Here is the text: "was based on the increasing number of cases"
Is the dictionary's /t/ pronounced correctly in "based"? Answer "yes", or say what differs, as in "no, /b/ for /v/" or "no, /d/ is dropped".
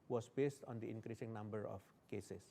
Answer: yes